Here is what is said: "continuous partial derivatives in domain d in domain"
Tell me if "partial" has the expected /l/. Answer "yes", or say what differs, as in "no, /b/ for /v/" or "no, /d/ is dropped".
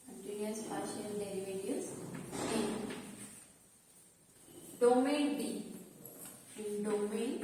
no, /n/ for /l/